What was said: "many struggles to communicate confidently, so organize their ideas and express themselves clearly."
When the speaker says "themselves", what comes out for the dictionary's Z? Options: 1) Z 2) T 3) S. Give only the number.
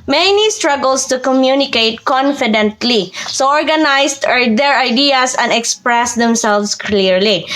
3